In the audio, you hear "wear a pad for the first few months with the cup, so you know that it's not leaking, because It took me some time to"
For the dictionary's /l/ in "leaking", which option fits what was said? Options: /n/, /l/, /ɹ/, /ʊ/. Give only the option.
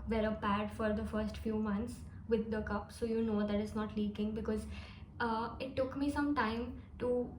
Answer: /l/